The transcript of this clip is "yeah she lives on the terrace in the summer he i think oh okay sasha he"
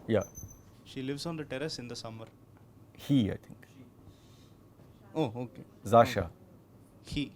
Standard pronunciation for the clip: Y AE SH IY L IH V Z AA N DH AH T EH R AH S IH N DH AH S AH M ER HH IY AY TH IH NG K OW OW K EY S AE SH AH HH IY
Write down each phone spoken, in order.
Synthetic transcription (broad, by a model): Y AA SH IY L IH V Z AA N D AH T EH R AH S IH N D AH S AH M ER HH IY AY T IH NG K OW OW K EY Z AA SH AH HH IY